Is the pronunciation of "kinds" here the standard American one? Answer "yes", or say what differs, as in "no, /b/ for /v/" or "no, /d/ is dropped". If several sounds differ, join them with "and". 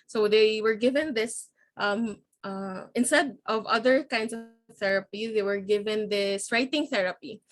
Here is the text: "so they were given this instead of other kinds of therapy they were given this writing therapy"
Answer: no, /s/ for /z/